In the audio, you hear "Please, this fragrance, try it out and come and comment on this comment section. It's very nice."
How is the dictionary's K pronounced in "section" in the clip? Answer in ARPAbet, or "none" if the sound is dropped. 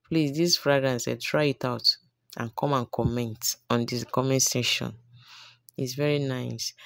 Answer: none